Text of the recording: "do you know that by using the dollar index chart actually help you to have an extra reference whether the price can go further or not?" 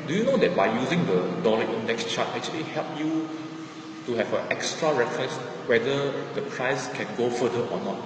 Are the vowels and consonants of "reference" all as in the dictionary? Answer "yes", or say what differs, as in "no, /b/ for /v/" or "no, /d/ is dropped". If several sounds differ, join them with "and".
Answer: no, /n/ is dropped